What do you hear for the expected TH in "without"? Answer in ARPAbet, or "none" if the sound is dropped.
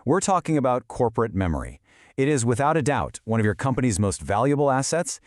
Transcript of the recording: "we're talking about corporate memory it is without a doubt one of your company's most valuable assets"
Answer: TH